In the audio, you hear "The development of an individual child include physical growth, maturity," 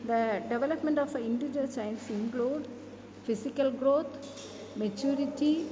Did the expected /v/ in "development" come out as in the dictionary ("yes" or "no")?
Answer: yes